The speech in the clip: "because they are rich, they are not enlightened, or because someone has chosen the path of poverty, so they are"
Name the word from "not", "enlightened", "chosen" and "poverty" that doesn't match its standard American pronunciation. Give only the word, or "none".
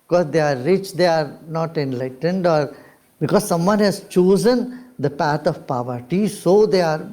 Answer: none